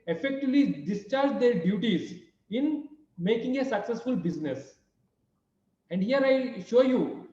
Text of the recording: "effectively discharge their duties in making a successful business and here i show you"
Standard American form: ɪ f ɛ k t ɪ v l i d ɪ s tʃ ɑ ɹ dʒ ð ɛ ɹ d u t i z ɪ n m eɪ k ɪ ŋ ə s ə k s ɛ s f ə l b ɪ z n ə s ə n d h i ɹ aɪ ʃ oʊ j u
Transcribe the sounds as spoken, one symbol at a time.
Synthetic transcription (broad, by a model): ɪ f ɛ k t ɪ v l i d ɪ s tʃ ɑ ɹ dʒ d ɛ ɹ d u t i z ɪ n m eɪ k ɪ ŋ ə s ə k s ɛ s f ə l b ɪ z n ə s ə n d h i ɹ aɪ ʃ oʊ j u